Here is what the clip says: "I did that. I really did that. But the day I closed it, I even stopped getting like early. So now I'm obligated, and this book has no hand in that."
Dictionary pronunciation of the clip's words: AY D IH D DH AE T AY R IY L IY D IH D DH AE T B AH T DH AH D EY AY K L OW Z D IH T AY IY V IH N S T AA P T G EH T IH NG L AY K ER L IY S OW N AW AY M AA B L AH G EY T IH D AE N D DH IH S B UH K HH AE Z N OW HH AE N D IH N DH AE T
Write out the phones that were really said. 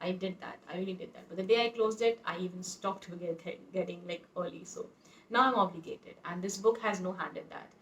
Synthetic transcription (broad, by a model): AY D IH D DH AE T AY R IY L IY D IH D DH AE T B AH T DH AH D EY AY K L OW Z D IH T AY IY V IH N S T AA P T G EH T IH NG L AY K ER L IY S OW N AW AY M AA B L AH G EY T IH D AE N D IH S B UH K HH AE Z N OW HH AE N D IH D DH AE T